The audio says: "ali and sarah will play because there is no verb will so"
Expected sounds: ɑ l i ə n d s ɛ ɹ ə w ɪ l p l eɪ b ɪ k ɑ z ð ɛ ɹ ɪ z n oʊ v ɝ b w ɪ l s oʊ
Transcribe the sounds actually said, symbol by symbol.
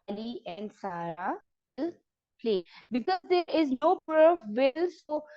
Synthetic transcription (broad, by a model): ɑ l i ə n d s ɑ ɹ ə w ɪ l p l eɪ b ɪ k ɑ z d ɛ ɹ ɪ z n oʊ p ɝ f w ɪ l s oʊ